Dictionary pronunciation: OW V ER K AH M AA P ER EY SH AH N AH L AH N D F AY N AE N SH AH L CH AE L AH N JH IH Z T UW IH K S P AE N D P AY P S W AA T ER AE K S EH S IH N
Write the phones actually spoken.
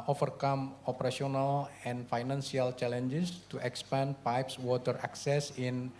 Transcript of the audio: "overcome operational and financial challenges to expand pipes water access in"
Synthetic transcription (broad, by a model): OW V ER K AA M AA P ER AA S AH N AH L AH N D F AY N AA N S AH L CH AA L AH N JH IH S T UW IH K S P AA N P AY P S W AA T ER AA K S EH S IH N